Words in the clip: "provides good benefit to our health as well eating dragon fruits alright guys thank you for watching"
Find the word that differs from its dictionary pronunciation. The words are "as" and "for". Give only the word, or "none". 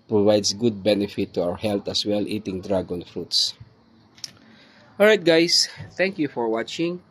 as